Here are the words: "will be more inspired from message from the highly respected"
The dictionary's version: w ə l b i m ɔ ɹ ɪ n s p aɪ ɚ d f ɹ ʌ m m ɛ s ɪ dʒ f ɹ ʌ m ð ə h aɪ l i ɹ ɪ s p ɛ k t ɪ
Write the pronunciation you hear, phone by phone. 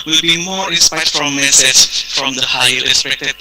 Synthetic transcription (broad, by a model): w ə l b i m ɔ ɹ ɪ s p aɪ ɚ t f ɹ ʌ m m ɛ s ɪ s f ɹ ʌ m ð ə h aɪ i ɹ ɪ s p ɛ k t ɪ